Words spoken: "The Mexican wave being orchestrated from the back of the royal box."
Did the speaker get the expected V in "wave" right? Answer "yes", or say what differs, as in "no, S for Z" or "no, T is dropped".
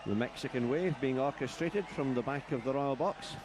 yes